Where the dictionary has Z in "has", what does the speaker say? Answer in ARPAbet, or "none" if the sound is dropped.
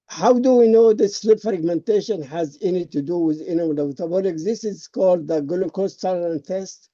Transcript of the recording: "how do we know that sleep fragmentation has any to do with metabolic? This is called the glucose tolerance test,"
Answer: Z